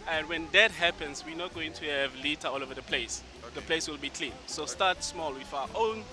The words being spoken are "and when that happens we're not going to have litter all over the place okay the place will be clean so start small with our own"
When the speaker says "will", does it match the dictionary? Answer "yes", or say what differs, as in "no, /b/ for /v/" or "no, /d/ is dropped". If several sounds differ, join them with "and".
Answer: yes